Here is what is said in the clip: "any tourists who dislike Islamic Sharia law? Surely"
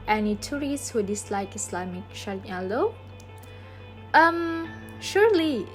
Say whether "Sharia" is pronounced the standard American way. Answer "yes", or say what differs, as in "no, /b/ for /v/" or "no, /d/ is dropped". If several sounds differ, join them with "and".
no, /l/ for /ɹ/